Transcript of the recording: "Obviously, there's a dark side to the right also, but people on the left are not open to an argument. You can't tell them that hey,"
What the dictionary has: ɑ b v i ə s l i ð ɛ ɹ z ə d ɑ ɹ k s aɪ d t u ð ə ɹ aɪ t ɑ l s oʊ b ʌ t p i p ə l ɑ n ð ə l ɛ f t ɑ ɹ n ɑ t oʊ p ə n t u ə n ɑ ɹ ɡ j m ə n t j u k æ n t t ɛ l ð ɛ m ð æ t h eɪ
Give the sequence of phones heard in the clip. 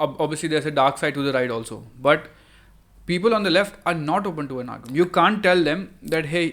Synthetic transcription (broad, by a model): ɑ b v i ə s l i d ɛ ɹ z ə d ɑ ɹ k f aɪ t u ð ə ɹ aɪ t ɑ l s oʊ b ʌ t p i p ə l ɑ n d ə l ɛ f t ɑ ɹ n ɑ t oʊ p ə n t u ə n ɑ ɹ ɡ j ə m j u k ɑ n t t ɛ l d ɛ m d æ t h eɪ